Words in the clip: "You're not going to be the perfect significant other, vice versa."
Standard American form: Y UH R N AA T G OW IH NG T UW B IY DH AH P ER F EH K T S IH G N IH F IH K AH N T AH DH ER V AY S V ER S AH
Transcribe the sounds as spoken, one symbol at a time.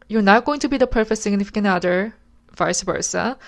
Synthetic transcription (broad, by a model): Y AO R N AA T G OW IH NG T UW B IY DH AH P ER F EH K T S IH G N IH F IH K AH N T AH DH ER V AY S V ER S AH